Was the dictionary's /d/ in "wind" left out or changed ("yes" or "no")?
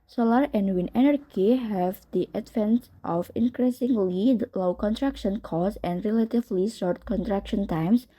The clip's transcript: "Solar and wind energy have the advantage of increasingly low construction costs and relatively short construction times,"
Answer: yes